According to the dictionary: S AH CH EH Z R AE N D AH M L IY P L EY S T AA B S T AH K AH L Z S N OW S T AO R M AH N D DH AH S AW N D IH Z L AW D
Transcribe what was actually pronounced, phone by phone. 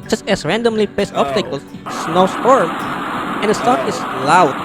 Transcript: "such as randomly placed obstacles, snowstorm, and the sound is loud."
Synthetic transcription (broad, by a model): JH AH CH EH S R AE N D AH M L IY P EY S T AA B S T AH K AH L S N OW S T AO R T AH N D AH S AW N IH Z L AW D